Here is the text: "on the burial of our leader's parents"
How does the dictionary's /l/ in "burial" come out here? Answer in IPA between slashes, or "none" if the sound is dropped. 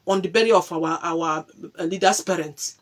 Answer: /w/